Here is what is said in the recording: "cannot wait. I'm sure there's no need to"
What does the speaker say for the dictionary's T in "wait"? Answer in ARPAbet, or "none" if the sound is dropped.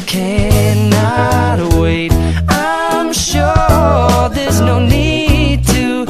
T